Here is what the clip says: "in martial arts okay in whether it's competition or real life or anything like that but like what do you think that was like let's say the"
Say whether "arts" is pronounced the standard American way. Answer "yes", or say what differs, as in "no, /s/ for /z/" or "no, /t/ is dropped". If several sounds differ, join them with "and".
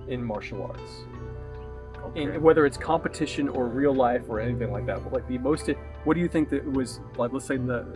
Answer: yes